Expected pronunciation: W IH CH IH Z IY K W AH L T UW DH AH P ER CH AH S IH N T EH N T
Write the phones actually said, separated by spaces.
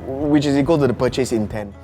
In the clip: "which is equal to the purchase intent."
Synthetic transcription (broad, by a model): W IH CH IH S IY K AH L T UW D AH P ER CH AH S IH N T EH N